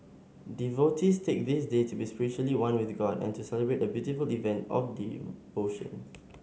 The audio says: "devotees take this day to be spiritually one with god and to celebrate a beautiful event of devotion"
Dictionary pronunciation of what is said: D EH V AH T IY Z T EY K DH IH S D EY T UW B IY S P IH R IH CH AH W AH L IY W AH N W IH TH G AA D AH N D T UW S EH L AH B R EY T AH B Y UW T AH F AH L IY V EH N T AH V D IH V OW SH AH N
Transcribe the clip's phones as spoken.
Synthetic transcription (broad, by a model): D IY V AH T IY S T EY K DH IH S D EY T UW B IY S P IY R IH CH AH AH L IY W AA N W IH TH G AA D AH N T UW S EH L AH B R EY T AH B Y UW T AH F AH L IY V EH N T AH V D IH OW SH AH N